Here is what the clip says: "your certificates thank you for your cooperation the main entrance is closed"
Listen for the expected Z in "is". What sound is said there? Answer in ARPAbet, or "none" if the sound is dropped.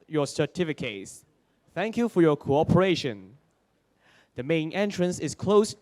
S